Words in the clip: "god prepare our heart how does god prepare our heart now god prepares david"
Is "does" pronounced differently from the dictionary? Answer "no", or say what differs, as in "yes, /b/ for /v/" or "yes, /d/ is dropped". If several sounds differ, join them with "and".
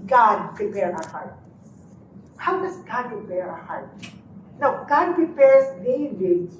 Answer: yes, /s/ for /z/